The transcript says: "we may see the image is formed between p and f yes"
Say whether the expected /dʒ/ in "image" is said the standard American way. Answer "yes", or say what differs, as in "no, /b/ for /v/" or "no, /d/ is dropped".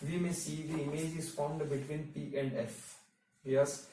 yes